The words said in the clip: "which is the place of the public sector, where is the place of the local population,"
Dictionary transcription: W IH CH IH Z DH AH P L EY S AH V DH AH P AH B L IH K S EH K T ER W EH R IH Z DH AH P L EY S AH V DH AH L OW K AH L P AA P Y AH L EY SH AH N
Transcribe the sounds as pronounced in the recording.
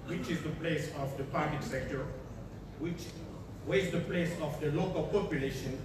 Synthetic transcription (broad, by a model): W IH CH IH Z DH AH P L EY S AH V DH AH P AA B L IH K S EH K T ER W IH W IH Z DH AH P L EY S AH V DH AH L OW K AH L P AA P Y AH L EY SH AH N